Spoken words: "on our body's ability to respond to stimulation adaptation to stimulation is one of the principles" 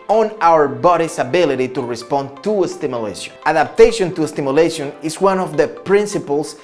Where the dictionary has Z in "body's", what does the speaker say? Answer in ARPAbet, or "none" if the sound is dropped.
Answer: S